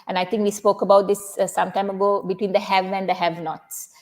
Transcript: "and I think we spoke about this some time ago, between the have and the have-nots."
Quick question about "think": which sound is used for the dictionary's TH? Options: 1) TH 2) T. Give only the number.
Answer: 2